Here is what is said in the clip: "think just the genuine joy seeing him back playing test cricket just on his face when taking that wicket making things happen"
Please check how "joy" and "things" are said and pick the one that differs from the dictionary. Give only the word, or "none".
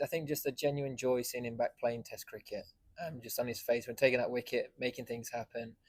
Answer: none